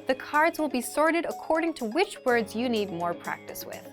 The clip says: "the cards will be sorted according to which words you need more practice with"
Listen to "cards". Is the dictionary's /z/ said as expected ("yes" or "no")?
yes